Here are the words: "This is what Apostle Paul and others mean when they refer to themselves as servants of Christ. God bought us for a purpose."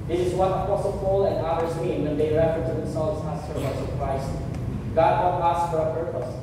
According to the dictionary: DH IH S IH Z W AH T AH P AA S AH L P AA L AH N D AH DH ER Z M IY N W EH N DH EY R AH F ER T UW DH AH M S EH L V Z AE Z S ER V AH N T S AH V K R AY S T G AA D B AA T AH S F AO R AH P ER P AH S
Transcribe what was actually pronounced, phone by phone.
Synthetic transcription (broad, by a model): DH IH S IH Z W AH T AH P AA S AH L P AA L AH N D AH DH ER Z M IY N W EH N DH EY R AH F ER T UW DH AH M S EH L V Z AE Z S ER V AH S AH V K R AY S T G AA D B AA AA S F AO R AH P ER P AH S